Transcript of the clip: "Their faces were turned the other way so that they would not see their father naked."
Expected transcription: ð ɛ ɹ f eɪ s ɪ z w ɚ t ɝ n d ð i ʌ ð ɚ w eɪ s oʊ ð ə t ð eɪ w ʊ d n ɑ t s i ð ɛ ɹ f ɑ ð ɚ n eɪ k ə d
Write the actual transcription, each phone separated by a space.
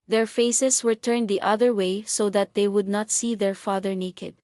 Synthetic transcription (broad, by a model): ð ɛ ɹ f eɪ s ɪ s w ɚ t ɝ n d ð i ʌ ð ɚ w eɪ s oʊ ð ə t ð eɪ w ʊ d n ɑ t s i ð ɛ ɹ f ɑ ð ɚ n eɪ k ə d